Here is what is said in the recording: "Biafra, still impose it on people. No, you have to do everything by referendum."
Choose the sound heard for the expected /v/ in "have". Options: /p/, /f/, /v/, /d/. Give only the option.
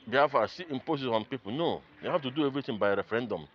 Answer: /f/